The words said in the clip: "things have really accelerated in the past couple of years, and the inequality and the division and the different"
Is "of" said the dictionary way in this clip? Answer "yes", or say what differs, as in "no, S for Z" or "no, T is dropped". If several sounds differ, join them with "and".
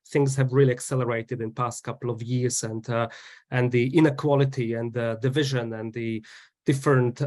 yes